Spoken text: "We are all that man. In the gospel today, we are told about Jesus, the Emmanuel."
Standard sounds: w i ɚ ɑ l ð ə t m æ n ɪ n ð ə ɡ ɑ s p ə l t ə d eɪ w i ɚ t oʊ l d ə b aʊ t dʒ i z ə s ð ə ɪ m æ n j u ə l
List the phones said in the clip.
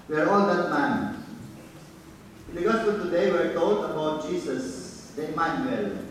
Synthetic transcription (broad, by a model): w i ɚ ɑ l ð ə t m æ n ɪ n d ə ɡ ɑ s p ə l t ə d eɪ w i ɚ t oʊ l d ə b aʊ t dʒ i s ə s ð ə m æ n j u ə l